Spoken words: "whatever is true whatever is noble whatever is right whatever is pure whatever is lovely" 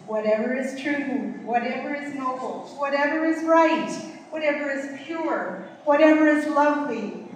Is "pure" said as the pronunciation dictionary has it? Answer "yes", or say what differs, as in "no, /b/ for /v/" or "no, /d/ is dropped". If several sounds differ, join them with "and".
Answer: yes